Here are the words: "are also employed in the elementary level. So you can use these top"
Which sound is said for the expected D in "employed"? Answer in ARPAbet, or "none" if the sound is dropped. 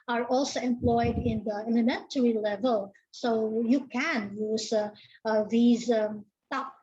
D